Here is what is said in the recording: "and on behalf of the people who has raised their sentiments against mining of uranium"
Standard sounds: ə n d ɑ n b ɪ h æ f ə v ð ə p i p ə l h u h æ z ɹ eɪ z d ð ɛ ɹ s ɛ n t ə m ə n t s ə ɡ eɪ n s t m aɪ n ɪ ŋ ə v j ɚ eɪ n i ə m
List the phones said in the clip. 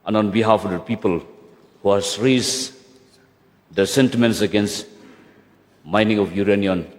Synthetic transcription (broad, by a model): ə n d ɑ n b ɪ h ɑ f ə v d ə p i p ə l h u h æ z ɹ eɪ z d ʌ s ɛ n t ə m ə n t s ə ɡ eɪ n s t m aɪ n ɪ ŋ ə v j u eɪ n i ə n